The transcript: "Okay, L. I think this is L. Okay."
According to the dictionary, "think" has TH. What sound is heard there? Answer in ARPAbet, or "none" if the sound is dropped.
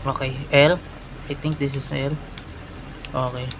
T